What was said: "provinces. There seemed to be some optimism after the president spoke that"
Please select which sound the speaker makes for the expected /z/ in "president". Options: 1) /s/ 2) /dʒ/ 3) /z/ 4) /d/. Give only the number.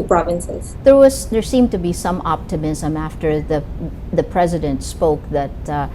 3